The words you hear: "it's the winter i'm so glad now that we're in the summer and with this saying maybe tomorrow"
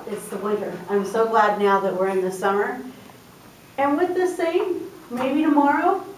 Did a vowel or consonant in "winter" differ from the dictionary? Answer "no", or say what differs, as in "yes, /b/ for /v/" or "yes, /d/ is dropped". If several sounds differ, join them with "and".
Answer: yes, /n/ is dropped